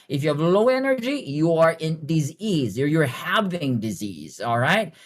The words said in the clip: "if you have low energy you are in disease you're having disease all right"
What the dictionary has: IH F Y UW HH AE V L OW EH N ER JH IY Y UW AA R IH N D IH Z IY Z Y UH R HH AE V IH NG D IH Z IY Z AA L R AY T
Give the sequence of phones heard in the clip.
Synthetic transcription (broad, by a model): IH F Y UW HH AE V L OW EH N ER JH IY Y UW AA R IH N D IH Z IY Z Y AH R HH AE V IH NG D IH Z IY Z AA L R AY T